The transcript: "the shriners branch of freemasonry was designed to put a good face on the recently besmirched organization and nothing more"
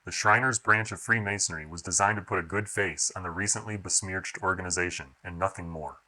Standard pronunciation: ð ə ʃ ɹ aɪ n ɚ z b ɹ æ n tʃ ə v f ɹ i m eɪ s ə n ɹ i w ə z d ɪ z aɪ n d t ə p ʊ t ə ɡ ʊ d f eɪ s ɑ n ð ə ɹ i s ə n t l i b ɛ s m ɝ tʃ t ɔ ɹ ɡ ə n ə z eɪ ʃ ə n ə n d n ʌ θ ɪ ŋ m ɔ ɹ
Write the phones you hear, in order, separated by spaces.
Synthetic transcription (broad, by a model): ð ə ʃ ɹ aɪ n ɚ z b ɹ æ n tʃ ə v f ɹ i m eɪ s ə n ɹ i w ə z d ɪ z aɪ n t ə p ʊ t ə ɡ ʊ d f eɪ s n ð ə ɹ i s ə n t l i b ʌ s m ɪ tʃ t ɔ ɹ ɡ ə n ə z eɪ ʃ ə n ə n n ʌ θ ɪ ŋ m ɔ ɹ